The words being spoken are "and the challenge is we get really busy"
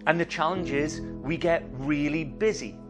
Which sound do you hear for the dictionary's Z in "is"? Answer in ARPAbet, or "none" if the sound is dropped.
Z